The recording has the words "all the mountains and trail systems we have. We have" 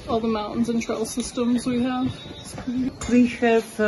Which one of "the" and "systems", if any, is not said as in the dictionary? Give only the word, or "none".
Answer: none